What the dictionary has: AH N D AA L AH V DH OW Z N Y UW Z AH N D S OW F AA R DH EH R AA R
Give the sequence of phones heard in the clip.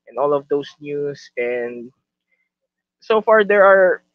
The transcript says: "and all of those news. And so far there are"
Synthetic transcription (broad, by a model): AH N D AA L AH V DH OW S N Y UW S AH N D S OW F AA R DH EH R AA R